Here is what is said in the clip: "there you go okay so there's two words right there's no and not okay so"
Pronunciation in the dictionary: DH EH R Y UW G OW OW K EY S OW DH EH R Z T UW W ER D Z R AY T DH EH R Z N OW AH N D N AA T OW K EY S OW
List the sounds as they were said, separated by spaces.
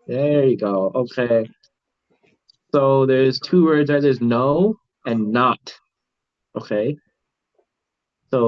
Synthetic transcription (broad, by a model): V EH R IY G OW OW K EY S OW DH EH R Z T UW W ER D Z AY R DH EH R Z N OW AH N N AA T OW K EY S OW